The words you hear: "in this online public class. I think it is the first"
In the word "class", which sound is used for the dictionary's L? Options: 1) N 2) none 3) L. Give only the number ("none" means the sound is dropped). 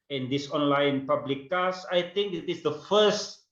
2